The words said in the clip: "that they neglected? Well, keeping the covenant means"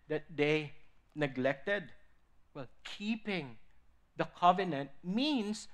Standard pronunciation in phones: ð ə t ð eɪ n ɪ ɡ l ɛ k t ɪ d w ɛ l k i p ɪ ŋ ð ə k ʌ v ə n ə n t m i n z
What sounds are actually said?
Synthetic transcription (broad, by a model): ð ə t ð eɪ n ɪ ɡ l ɛ k t ɪ d w ɛ l k i p ɪ ŋ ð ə k ʌ v ə n ə n t m i n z